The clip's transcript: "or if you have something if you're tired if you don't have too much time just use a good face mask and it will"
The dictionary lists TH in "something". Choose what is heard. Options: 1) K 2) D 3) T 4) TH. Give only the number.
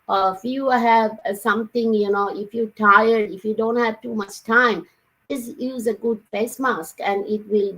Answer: 3